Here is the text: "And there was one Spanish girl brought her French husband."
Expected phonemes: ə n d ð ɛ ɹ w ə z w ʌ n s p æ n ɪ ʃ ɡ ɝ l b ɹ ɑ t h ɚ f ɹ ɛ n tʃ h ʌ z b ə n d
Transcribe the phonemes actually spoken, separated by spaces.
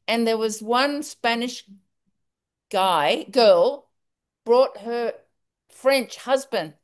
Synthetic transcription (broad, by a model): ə n ð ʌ ɹ w ə z w ʌ n s p æ n ɪ ʃ ɡ ɝ l b ɹ ɑ t h ɚ f ɹ ɛ n tʃ h ʌ z b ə n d